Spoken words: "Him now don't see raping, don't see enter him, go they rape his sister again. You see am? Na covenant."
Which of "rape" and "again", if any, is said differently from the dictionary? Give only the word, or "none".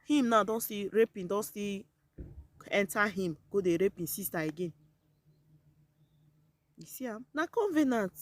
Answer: none